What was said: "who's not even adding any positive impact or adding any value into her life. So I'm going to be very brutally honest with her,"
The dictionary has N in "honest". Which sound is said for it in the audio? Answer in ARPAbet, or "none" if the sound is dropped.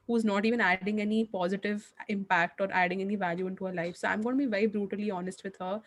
N